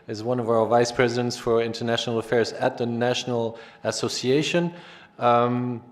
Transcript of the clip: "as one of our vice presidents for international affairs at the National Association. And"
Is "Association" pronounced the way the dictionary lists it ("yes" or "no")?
no